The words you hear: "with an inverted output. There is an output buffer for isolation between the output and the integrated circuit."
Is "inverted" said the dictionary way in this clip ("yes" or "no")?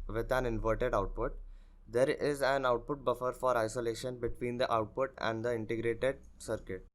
yes